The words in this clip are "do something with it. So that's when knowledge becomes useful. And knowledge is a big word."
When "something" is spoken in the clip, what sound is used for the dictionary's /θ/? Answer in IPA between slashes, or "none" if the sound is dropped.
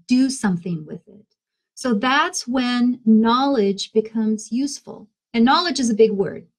/θ/